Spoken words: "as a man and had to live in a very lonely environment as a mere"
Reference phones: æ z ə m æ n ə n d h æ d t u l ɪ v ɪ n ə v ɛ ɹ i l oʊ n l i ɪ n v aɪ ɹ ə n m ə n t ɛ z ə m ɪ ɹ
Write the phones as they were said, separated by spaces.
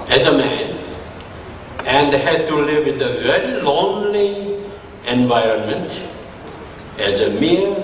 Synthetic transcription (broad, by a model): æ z ə m æ n ə n d h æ d t u l ɪ v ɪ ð ə v ɛ ɹ i l oʊ n l i ɪ n v aɪ ɹ ə n m ə n t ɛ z ə m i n